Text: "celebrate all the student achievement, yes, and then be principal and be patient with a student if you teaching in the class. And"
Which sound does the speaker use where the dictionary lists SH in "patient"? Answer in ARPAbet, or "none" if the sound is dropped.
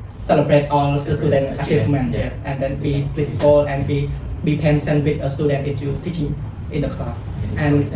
S